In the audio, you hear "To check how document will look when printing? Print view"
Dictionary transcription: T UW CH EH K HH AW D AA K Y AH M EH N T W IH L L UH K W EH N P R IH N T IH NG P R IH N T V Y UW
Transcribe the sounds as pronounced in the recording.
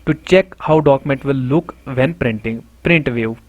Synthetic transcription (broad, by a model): T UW CH EH K HH AW D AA K M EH N T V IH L L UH K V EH N P R IH N T IH NG P R IH N T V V